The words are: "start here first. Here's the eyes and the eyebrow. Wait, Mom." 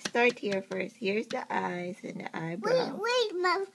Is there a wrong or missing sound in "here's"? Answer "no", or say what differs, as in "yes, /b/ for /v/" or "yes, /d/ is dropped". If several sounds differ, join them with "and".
no